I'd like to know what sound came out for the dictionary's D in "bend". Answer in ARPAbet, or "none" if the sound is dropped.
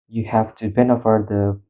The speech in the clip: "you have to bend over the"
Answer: none